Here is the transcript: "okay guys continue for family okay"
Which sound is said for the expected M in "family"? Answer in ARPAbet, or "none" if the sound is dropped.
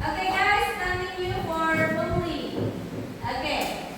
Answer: none